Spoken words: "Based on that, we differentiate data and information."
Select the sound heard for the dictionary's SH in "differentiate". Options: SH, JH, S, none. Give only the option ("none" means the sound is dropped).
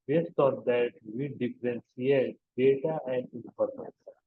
S